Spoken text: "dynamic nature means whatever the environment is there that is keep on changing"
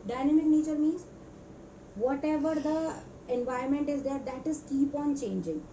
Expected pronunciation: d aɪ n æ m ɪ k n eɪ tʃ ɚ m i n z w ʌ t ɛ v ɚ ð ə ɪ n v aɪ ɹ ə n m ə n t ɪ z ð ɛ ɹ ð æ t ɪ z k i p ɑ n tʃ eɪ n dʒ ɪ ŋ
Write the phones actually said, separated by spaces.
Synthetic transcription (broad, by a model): d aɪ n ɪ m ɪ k n eɪ tʃ ɚ m i n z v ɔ t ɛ v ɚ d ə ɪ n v aɪ ə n m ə n t ɪ z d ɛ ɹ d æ t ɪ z k i p ɑ n tʃ eɪ n dʒ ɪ ŋ